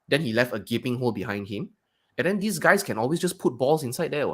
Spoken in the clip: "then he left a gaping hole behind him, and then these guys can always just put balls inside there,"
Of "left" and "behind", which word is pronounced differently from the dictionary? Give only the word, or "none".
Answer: none